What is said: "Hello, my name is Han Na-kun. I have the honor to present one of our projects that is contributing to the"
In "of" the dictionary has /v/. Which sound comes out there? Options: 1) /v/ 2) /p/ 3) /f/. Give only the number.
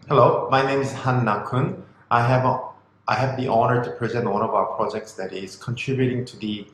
1